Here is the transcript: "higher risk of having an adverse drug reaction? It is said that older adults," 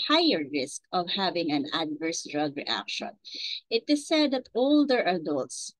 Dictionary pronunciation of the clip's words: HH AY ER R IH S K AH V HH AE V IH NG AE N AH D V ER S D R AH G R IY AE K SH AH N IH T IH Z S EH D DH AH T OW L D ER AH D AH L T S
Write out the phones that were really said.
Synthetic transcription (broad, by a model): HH AY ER R IH S K AH V HH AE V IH NG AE N AH D V ER S D R AH G R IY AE K SH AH N IH T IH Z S EH D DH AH T OW L D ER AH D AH L T S